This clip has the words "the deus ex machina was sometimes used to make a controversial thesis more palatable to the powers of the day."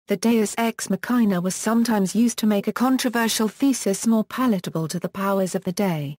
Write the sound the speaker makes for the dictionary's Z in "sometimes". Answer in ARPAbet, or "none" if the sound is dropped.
Z